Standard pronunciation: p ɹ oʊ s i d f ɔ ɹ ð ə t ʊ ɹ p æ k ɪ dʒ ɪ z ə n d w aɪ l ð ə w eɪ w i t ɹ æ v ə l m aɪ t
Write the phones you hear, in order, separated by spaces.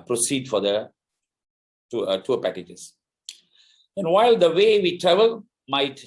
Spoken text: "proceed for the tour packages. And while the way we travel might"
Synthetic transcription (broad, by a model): p ɹ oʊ s i d f ɔ ɹ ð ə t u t p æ k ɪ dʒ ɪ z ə n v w aɪ l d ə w eɪ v i t ɹ æ v ə l m aɪ t